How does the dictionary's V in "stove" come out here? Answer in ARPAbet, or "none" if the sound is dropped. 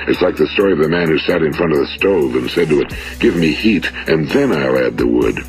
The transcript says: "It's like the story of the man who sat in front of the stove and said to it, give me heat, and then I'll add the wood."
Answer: V